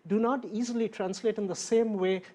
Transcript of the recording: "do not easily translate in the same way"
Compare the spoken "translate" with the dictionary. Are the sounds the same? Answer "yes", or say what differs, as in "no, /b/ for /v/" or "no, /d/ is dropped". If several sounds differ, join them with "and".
yes